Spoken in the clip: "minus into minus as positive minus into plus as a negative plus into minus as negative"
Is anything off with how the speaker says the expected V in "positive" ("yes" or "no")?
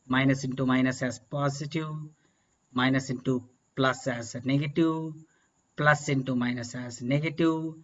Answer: yes